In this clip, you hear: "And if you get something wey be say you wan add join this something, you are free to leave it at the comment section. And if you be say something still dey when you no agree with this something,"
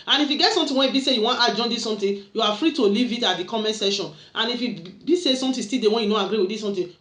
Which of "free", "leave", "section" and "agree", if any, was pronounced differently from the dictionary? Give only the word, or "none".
section